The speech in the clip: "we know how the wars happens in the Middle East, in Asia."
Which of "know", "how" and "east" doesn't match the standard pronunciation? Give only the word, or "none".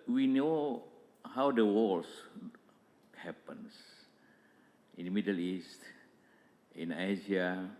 none